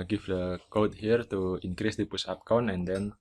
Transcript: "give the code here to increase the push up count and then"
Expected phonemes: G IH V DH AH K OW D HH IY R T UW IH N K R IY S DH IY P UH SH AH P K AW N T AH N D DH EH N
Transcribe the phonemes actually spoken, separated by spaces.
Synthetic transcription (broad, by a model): G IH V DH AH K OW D HH IY R T UW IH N K R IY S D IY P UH S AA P K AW N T AH N D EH N